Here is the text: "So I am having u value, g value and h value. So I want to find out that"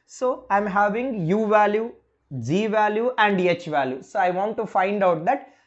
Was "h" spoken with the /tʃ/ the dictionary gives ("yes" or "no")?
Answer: yes